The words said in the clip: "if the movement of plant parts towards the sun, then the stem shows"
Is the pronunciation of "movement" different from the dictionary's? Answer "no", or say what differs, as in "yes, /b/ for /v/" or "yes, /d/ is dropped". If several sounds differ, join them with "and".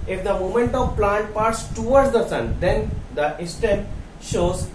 yes, /v/ is dropped